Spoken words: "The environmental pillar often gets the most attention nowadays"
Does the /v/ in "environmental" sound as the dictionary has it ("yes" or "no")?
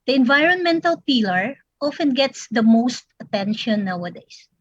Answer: yes